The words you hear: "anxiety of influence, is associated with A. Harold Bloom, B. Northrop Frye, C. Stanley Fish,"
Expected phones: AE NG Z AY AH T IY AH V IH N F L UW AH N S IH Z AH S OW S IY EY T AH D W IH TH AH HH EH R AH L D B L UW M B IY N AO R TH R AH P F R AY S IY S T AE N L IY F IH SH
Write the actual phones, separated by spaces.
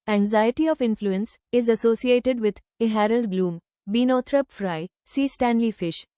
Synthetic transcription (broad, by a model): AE NG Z AY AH T IY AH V IH N F L UW AH N S IH Z AH S OW S IY EY T AH D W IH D AH HH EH R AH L D B L UW M B IY N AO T R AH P F R AY S IY S T AE N L IY F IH SH